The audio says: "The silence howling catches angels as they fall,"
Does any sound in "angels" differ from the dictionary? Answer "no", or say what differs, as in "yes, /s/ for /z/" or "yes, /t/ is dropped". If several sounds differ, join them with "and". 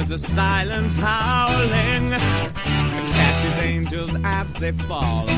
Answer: no